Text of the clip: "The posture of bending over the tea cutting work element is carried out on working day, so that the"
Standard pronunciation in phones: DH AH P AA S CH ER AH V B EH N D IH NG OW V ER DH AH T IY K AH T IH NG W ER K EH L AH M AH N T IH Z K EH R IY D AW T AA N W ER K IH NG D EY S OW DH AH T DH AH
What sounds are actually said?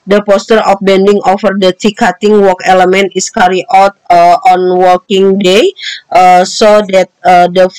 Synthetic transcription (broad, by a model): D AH P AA S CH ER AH F B EH N D IH NG OW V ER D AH T IY K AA T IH NG W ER K EH L AH M AH N T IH S K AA R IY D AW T AA N W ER K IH NG D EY S OW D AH T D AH